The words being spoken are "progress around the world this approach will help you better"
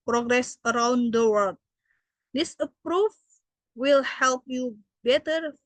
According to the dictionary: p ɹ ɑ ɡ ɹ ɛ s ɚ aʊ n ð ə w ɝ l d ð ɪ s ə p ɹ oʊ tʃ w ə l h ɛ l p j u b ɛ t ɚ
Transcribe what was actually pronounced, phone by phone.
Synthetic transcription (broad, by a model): p ɹ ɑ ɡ ɹ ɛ s ɚ aʊ n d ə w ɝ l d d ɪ s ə p ɹ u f w ə l h ɛ l p j u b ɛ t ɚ